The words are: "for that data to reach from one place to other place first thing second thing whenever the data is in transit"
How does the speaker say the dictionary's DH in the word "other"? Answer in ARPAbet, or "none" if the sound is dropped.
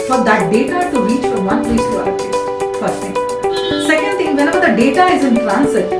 none